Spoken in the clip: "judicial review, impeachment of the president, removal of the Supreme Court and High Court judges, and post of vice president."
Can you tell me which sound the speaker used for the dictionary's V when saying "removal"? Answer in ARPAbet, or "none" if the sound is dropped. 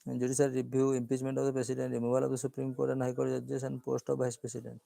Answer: B